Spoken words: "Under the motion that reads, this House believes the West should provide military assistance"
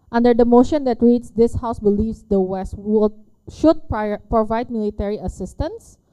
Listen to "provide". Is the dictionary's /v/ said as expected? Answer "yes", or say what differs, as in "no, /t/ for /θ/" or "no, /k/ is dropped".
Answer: yes